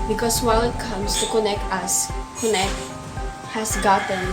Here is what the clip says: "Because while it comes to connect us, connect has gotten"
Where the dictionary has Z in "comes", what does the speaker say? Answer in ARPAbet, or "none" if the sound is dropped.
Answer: S